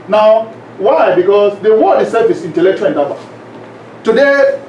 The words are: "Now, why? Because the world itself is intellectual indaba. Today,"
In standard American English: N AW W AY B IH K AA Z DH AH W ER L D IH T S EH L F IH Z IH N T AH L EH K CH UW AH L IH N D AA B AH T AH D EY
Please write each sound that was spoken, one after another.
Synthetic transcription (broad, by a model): N AW W AY B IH K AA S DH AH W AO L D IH S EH F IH S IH N T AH L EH K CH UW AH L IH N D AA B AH T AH D EY